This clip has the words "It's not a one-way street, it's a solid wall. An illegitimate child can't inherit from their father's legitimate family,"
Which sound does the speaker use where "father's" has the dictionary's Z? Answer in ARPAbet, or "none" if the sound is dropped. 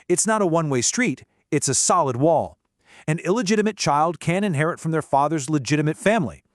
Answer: Z